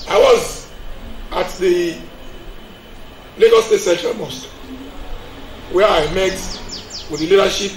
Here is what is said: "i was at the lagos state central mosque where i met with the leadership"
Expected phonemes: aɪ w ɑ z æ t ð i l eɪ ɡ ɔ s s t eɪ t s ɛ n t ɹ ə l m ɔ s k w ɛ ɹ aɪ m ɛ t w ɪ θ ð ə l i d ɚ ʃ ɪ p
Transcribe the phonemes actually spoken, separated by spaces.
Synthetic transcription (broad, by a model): aɪ w ɑ z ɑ t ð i l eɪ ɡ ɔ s s t eɪ t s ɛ t ə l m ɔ s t w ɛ aɪ m ɛ t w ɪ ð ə l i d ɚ ʃ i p